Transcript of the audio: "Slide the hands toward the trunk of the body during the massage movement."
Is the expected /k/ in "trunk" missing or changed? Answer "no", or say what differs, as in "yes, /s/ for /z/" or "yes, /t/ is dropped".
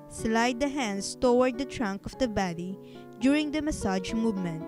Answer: no